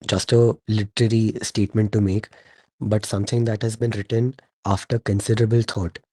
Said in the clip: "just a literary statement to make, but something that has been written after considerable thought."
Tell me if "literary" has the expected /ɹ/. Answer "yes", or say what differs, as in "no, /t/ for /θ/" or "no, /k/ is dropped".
yes